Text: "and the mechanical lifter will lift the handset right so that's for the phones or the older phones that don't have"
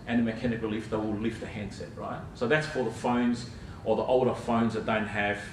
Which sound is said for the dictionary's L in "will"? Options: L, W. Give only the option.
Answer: L